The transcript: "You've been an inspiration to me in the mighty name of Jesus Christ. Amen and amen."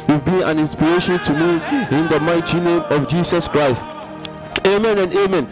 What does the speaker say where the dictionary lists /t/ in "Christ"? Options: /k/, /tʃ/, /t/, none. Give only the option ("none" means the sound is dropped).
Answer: /t/